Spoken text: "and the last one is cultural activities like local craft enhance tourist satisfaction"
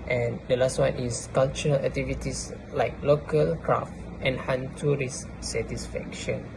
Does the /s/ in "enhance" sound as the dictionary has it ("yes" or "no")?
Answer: no